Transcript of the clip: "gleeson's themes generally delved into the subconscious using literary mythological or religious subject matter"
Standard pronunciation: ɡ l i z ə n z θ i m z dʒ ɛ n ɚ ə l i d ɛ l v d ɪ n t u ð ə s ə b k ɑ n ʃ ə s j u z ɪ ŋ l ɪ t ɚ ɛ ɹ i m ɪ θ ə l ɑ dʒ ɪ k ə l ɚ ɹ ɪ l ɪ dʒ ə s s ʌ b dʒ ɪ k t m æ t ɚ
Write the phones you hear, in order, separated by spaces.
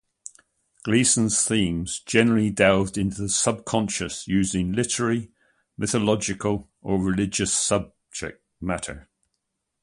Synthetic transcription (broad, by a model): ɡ l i s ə n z θ i m z dʒ ɛ n ɚ ə l i d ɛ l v d ɪ n t u ð ə s ə b k ɑ n ʃ ə s j u z ɪ ŋ l ɪ t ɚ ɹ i m ɪ θ ə l ɑ dʒ ɪ k ə l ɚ ɹ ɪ l ɪ dʒ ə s s ʌ b dʒ ɪ k t m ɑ t ɚ